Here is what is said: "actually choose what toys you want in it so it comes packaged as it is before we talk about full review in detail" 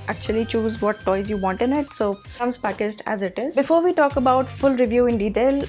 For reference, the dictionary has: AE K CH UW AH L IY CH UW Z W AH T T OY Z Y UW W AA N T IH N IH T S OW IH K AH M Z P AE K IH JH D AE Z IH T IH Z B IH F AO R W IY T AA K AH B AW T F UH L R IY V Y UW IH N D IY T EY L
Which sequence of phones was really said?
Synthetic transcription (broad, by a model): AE K CH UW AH L IY CH UW Z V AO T T OY Z Y UW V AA N T IH N IH T S OW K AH M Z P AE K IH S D AE Z IH T IH Z B IH F AO R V IY T AA K AH B AW T F UH L R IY V Y UW IH N D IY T EY L